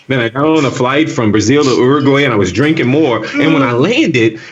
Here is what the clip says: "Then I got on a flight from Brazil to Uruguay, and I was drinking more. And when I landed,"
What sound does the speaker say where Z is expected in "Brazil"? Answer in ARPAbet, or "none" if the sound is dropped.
Z